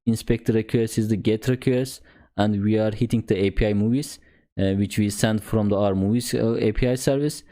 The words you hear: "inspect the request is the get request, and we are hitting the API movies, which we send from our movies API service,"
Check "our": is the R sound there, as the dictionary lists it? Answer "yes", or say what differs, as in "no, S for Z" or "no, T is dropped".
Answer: yes